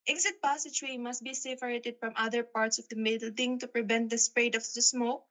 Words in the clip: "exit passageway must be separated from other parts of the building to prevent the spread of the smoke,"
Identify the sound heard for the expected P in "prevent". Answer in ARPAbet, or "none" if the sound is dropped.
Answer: P